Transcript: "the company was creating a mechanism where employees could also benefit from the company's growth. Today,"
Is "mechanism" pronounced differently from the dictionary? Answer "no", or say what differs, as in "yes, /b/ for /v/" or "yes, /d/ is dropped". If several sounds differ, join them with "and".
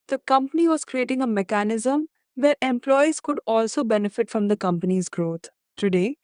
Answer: no